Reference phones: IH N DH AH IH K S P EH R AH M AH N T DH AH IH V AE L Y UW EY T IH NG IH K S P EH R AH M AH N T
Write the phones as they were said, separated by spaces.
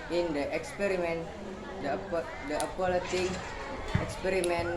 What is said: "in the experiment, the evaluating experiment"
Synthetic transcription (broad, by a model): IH N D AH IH K S P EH R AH M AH N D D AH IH P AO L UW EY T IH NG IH K S P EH R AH M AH N